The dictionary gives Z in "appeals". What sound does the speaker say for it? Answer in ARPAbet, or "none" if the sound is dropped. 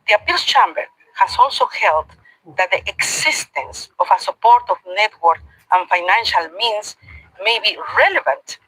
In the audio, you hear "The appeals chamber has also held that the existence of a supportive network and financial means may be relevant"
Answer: S